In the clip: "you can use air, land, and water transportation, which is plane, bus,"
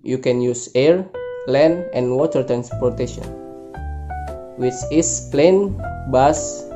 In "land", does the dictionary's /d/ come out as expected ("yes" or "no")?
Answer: no